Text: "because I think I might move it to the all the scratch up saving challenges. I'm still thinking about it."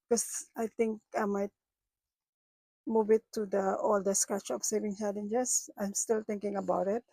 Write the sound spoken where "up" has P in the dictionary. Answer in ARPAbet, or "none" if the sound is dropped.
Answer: F